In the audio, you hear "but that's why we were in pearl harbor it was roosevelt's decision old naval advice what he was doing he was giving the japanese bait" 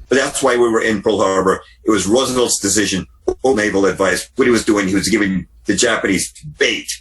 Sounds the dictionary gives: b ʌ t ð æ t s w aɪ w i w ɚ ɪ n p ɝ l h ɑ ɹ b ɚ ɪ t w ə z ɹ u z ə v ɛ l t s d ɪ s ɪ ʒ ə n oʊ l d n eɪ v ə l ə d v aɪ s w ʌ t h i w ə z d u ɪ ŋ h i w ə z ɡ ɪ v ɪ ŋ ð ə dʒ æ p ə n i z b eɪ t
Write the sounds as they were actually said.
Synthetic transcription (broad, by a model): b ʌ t ð æ t s w aɪ w i w ɚ ɪ n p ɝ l h ɑ ɹ b ɚ ɪ t w ə z ɹ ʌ z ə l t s d ɪ s ɪ ʒ ə n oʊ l n eɪ v l ə d v aɪ s w ʌ t h i w ə z d u ɪ ŋ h i w ə z ɡ ɪ v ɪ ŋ ð ə dʒ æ p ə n i z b eɪ t